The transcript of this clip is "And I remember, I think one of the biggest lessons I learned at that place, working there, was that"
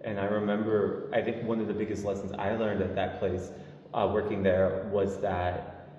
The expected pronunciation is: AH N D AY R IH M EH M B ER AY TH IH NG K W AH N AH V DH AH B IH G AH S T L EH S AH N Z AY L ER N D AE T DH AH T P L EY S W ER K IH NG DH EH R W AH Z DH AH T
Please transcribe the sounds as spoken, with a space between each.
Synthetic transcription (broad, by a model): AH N AY R IH M EH M B ER AY TH IH NG K W AH N AH V DH AH B IH G AH S T L EH S N Z AY L ER N D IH T DH AH T P L EY S W ER K IH NG DH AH R W AH Z DH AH T